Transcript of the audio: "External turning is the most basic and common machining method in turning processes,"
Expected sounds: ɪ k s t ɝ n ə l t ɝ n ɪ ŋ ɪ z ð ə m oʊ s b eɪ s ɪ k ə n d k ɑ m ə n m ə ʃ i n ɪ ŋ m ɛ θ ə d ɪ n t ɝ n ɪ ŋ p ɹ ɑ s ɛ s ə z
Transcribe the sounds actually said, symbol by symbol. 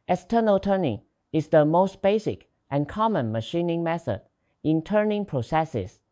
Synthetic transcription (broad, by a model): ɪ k s t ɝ n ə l t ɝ n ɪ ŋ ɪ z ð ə m oʊ s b eɪ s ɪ k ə n k ɑ m ə n m ə ʃ i n ɪ ŋ m ɛ θ ə d ɪ n t ɝ n ɪ ŋ p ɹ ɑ s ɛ s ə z